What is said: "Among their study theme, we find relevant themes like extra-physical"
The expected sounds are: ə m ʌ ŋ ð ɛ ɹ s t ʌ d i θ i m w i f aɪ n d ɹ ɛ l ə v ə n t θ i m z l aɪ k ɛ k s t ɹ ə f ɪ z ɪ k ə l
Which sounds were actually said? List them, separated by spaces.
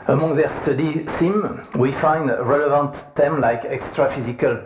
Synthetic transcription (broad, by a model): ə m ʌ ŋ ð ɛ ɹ s t ʌ d i s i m w i f aɪ n d ɹ ɛ l ə v ə n t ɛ m l aɪ k ɛ k s t ɹ ə f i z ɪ k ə l